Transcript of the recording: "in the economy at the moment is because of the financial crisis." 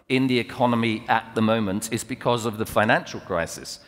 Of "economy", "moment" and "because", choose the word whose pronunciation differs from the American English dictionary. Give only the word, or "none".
none